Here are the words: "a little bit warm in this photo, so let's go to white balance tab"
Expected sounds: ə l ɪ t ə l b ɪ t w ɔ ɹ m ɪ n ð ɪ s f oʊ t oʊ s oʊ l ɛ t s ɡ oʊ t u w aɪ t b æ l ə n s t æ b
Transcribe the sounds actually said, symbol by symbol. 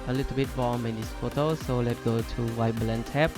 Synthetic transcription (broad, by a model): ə l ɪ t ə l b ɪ t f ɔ m ɪ n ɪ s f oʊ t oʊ s oʊ l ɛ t ɡ oʊ t u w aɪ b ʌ l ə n t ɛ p